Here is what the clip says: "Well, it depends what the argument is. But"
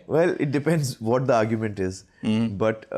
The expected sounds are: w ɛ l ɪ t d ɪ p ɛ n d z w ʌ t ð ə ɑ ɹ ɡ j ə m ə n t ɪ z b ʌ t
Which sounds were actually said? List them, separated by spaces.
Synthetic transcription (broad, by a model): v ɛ l ɪ t d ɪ p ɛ n d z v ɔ t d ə ɑ ɹ ɡ j ə m ə n t ɪ z b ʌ t